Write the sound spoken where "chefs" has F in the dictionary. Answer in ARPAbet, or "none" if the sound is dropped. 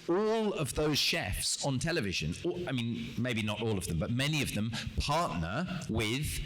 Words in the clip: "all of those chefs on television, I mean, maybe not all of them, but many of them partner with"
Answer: F